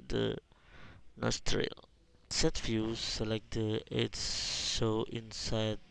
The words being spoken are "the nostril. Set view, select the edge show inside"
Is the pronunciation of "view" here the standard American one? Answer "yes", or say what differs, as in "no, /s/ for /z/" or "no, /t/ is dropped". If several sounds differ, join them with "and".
no, /f/ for /v/